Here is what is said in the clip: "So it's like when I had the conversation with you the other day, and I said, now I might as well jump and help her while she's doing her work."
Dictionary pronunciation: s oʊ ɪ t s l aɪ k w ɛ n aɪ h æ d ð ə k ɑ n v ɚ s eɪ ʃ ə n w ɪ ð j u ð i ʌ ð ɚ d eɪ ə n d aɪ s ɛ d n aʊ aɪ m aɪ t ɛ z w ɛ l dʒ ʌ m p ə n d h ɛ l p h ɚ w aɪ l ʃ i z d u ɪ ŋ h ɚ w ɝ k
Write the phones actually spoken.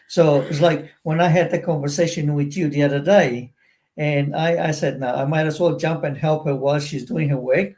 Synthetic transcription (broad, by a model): s oʊ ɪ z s l aɪ k w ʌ n aɪ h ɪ d ð ə k ɑ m v ɚ s eɪ ʃ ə n w ɪ ð j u ð i ʌ ð ɚ d eɪ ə n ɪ aɪ s ɛ d n aʊ aɪ m aɪ t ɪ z w ɛ l dʒ ʌ m p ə n h ɛ l p h ɚ w aɪ l ʃ i z d u ɪ ŋ h ɚ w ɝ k